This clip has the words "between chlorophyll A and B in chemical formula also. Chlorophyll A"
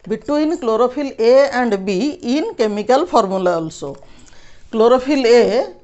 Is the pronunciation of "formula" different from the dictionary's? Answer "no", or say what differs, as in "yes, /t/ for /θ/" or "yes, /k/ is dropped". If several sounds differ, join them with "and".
yes, /p/ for /f/